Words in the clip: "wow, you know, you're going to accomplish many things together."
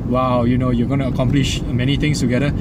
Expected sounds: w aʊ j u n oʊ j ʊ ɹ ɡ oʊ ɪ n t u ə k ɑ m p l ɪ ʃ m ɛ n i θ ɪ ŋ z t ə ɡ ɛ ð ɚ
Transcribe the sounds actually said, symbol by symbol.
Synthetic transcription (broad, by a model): w aʊ j u n oʊ j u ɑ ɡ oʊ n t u ə k ɑ m p l ɪ ʃ m ɛ n i t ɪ ŋ s t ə ɡ ɛ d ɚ